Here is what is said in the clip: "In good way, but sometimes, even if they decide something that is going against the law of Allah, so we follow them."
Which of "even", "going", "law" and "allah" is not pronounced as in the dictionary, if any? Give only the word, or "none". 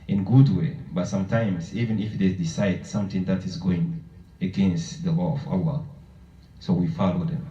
none